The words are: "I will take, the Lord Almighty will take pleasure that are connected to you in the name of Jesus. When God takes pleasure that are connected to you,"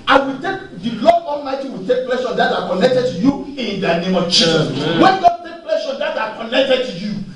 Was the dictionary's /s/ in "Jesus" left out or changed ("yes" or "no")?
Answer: yes